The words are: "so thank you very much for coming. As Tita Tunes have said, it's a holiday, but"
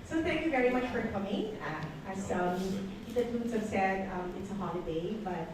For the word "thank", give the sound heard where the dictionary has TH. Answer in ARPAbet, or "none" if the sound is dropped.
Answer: TH